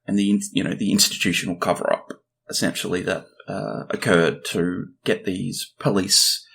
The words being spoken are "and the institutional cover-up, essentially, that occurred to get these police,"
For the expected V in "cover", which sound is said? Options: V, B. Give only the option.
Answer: V